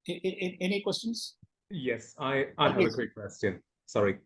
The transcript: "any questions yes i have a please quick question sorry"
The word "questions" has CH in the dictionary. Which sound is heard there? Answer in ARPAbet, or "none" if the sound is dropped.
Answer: CH